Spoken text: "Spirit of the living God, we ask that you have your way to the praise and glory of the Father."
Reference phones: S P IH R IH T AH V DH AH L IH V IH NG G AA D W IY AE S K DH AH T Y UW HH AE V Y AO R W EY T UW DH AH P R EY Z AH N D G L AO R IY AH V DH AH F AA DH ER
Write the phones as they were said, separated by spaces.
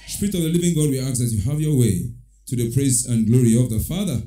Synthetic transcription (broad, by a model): S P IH R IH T AH V DH AH L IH V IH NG G AA D W IY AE K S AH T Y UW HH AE V Y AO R W EY T UW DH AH P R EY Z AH N G L AO R IY AH V DH AH F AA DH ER